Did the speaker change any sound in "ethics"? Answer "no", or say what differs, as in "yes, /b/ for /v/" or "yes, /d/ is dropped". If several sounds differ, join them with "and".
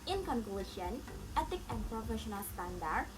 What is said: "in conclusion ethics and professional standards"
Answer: yes, /t/ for /θ/ and /s/ is dropped